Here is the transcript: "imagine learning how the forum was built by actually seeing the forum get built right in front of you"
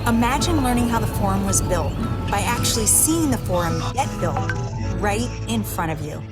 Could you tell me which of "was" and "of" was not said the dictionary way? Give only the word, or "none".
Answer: none